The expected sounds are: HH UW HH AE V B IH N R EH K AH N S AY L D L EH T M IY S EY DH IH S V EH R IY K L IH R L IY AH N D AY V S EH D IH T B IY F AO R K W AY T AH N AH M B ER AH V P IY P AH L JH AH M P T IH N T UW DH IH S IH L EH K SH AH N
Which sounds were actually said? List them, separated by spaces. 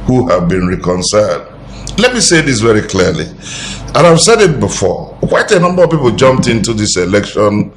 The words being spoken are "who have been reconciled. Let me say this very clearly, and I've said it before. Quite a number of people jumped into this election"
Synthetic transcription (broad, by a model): HH UW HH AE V B IH N R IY K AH N S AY L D L EH T M IY S EY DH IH S V EH R IY K L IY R L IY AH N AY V S EH D IH T B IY F AO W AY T AH N AH M B ER AH V P IY P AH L JH AH M P T IH N T UW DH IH S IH L EH K SH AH N